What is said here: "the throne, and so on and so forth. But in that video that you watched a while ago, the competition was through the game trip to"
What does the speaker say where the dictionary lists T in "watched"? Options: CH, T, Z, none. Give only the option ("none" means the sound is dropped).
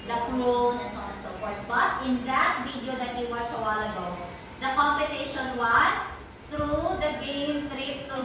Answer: none